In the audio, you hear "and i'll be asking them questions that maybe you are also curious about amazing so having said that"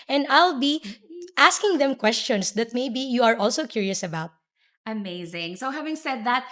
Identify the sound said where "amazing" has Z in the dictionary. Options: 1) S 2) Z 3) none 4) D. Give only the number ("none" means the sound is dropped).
2